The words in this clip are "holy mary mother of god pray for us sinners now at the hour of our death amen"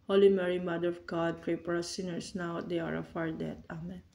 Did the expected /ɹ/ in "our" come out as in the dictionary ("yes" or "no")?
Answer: yes